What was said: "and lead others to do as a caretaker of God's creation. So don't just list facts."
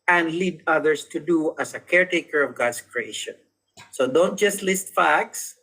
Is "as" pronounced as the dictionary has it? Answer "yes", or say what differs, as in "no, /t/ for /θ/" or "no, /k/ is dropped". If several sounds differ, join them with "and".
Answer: no, /s/ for /z/